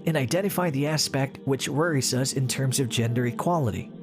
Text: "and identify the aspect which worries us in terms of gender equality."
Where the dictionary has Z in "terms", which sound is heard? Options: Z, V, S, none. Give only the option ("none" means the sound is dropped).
Z